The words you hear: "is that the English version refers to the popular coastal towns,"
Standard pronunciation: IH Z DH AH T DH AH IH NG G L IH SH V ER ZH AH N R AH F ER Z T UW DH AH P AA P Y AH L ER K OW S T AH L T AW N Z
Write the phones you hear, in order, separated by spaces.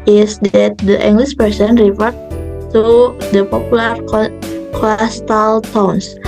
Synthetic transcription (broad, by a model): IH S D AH T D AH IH NG G L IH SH P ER S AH N R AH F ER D T UW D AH P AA P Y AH L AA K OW S T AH L T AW N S